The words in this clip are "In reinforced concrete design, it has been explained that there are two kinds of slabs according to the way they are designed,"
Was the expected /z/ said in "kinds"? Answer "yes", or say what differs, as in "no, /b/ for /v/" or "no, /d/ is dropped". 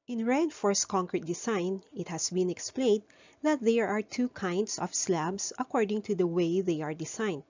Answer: no, /s/ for /z/